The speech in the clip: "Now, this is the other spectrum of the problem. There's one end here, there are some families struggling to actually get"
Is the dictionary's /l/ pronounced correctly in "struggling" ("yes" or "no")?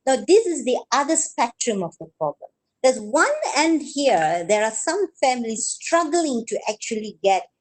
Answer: yes